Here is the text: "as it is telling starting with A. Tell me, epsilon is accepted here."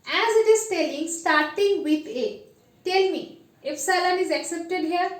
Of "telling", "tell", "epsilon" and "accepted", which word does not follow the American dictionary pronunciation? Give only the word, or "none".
epsilon